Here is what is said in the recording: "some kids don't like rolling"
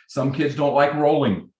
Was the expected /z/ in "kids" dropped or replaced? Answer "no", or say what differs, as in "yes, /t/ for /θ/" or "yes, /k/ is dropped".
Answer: no